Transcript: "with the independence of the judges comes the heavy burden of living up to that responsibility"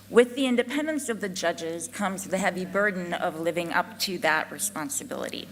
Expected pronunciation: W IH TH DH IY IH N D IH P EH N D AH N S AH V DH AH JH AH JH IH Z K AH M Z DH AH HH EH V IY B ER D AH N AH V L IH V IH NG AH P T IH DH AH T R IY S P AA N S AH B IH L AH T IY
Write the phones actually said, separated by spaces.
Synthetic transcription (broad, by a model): W IH DH IY IH N D IH P EH N D AH N S AH V DH AH JH AH JH IH Z K AH M Z DH AH HH EH V IY B ER D N AH V L IH V IH NG AH P T IH DH AH T R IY S P AA N S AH B IH L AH T IY